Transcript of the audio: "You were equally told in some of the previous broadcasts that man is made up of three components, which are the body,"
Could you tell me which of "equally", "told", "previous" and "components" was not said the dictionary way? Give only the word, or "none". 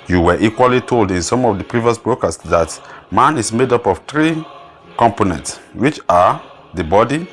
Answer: none